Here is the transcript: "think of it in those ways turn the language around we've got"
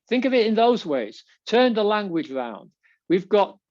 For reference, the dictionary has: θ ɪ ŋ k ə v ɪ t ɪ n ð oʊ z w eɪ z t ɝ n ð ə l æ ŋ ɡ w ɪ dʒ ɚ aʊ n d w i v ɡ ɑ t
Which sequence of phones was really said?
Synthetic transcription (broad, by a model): θ ɪ ŋ k ə v ɪ t ɪ n ð oʊ z w eɪ z t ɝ n ð ə l æ ŋ ɡ w ɪ dʒ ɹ aʊ n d w i v ɡ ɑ t